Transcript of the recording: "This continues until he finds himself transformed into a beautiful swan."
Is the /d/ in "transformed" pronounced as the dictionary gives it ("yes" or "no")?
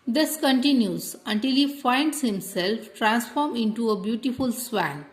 no